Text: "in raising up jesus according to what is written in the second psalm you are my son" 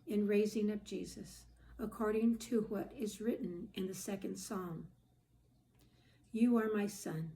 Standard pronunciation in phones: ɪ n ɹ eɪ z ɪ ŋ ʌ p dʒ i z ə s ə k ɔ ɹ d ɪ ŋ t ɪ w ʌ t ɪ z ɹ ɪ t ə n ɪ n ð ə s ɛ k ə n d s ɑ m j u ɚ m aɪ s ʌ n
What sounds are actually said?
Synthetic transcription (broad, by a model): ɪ n ɹ eɪ z ɪ ŋ ʌ p dʒ i z ə s ə k ɔ ɹ d ɪ ŋ t ɪ w ʌ t ɪ z ɹ ɪ t n ɪ n ð ə s ɛ k ə n d s ɑ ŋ j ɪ ɚ m aɪ s ʌ n